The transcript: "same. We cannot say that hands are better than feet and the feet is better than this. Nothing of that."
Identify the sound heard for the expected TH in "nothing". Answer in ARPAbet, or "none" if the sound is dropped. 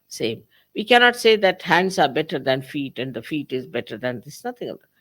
T